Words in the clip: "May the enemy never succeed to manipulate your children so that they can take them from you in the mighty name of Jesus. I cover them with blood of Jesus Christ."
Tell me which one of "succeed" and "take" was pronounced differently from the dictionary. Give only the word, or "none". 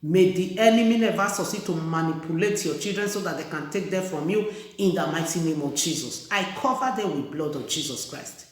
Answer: succeed